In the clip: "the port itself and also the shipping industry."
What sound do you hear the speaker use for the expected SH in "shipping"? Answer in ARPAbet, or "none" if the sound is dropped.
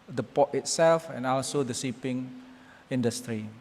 S